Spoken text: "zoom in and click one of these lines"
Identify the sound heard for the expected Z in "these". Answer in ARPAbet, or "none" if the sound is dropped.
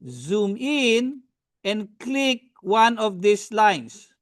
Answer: S